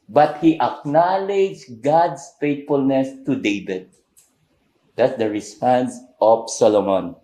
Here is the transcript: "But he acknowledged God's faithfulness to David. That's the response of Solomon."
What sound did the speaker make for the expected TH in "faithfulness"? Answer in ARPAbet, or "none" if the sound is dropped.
T